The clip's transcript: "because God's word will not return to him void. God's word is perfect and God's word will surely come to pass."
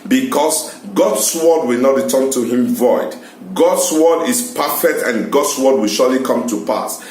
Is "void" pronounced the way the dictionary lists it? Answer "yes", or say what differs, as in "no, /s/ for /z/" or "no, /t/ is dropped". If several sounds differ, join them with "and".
yes